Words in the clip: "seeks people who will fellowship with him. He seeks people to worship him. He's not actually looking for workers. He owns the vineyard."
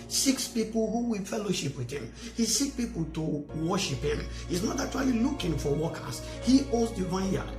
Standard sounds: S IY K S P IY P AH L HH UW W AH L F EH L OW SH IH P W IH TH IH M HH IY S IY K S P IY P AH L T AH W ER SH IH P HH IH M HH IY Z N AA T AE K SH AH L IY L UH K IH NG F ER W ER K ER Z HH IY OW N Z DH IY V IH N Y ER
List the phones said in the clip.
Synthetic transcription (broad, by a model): S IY K S P IY P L HH UW W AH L F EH L OW SH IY P W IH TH IH M HH IY S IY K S P IY P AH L T AH W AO SH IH P HH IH M HH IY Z N AA T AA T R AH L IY L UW K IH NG F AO W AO K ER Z HH IY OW Z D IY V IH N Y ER